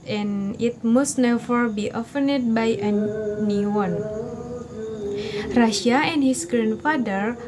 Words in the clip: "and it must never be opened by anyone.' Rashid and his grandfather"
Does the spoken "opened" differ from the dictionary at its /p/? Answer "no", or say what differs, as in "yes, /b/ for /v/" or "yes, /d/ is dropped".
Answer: yes, /f/ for /p/